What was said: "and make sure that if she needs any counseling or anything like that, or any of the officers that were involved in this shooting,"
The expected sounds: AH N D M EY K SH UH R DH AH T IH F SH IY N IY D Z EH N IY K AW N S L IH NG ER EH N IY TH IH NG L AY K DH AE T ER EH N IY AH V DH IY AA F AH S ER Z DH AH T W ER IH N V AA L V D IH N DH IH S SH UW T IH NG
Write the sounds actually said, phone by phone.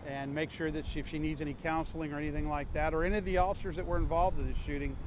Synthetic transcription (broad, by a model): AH N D M EY K SH UH R DH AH T IH F SH IY N IY D Z EH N IY K AW N S L IH NG ER EH N IY TH IH NG L AY K DH AE T ER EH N IY AH V DH IY AA F AH S ER Z DH AH T W ER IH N V AA L V D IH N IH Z SH UW T IH NG